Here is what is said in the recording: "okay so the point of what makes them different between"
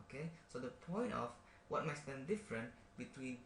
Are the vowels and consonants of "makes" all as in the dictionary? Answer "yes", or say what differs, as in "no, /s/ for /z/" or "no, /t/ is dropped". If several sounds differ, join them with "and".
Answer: no, /k/ is dropped